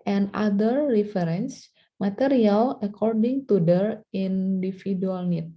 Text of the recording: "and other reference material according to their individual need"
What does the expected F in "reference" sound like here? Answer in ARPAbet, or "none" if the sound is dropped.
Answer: none